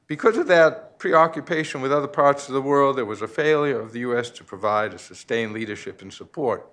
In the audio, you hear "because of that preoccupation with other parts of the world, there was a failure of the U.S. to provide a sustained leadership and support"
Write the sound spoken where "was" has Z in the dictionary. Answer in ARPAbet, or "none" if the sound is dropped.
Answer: Z